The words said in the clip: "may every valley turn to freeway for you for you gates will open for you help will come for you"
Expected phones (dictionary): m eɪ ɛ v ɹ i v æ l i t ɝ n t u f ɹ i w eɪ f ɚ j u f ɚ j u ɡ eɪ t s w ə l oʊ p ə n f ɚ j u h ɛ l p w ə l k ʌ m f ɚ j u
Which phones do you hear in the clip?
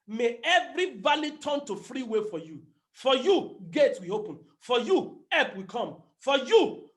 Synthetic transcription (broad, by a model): m eɪ ɛ v ɹ i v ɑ l i t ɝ n t u f ɹ i w eɪ f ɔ j u f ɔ j u ɡ eɪ t s w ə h oʊ p ə n f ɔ j u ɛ p w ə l k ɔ m f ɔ j u